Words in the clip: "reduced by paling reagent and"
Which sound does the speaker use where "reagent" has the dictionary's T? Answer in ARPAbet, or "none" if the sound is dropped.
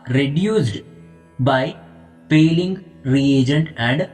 none